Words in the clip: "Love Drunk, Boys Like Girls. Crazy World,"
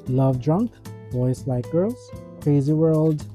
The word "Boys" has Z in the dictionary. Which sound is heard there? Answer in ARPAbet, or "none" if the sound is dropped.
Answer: S